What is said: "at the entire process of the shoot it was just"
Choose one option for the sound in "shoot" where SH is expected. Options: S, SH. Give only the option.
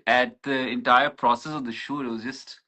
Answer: SH